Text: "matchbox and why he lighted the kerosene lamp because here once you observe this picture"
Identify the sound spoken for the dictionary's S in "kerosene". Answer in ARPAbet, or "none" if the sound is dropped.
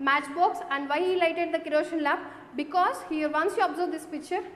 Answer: SH